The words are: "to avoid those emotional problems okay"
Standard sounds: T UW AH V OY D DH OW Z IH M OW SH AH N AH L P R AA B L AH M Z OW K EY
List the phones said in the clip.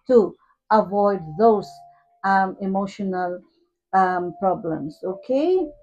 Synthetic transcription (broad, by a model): T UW AH V OY D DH OW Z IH M OW SH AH N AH L P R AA B L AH M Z OW K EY